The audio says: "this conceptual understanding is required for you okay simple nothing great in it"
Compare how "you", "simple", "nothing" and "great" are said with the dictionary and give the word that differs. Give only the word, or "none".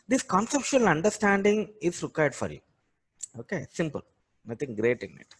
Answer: nothing